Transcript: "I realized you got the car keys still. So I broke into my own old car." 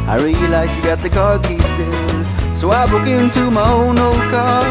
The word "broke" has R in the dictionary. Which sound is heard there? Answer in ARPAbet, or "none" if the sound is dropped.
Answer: none